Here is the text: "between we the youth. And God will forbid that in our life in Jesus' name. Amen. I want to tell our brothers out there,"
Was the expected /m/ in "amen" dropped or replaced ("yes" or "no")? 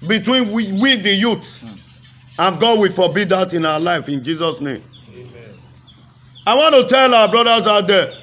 yes